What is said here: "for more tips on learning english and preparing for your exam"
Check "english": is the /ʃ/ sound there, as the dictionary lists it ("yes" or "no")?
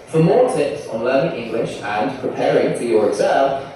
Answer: yes